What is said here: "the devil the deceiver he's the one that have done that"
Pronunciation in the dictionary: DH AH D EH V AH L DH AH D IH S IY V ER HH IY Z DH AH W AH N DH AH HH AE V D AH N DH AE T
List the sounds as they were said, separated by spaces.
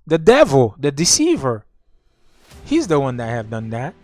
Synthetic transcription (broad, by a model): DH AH D EH V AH L DH AH D IH S IY V ER HH IY Z DH AH W AH N DH AH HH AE V D AH N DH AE T